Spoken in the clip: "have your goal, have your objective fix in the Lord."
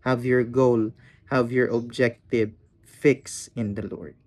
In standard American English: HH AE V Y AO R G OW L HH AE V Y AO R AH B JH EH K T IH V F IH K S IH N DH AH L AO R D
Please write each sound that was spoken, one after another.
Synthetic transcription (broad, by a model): HH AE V Y AO R G OW L HH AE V Y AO R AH B JH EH K T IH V F IH K S IH N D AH L AO R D